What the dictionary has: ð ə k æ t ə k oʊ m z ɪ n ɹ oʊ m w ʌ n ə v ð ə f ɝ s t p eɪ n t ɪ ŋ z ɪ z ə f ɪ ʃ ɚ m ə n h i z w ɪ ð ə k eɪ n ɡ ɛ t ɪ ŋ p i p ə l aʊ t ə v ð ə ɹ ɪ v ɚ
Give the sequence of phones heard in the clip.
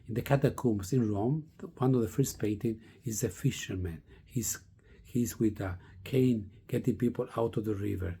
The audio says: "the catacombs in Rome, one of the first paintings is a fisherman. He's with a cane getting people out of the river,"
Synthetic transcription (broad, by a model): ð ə k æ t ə k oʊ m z ɪ n ɹ oʊ m w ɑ n ə v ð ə f ɝ s t p eɪ n t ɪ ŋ ɪ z ə f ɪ ʃ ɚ m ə n h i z w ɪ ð ə k eɪ n ɡ ɛ t ɪ ŋ p i p ə l aʊ t ə v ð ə ɹ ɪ v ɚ